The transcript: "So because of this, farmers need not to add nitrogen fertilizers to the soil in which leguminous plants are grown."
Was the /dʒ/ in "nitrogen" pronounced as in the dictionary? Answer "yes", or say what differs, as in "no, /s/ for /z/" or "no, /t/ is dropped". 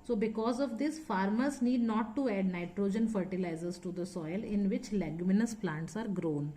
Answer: yes